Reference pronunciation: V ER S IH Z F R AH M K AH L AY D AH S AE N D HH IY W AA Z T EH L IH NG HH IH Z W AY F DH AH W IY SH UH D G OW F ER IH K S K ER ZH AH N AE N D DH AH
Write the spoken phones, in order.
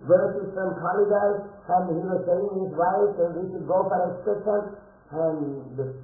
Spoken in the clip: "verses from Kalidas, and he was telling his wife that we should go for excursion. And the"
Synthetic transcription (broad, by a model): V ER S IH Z F R AH M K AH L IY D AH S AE N D HH IY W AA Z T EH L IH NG HH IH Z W AY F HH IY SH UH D G OW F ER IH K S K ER SH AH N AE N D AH